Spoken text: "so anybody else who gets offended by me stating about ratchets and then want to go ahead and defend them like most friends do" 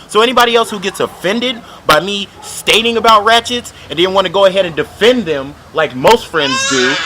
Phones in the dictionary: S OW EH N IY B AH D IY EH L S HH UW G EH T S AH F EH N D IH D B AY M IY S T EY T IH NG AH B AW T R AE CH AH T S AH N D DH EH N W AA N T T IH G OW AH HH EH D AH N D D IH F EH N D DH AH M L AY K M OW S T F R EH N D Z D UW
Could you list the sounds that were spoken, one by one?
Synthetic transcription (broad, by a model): S OW EH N IY B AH D IY EH L S HH UW G EH T S AH F EH N D IH D B AY M IY S T EY T IH NG AH B AW T R AE CH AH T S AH N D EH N W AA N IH G OW AH HH EH D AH N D D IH F EH N DH AH M L AY K M OW S T F R EH N D Z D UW